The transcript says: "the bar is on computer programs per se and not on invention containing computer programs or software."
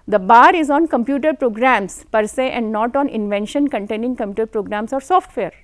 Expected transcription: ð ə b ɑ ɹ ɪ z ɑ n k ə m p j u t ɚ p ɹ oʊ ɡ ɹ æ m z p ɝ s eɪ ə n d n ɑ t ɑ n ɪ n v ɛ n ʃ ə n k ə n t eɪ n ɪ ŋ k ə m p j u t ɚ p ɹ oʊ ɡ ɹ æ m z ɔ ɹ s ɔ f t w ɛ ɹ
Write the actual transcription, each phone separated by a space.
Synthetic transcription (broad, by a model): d ə b ɑ ɹ ɪ z ɑ n k ə m p j u t ɚ p ɹ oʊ ɡ ɹ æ m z p ɝ s eɪ ə n d n ɑ t ɑ n ɪ n v ɛ n ʃ ə n k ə n t eɪ n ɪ ŋ k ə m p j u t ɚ p ɹ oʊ ɡ ɹ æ m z ɔ ɹ s ɔ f t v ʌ ɹ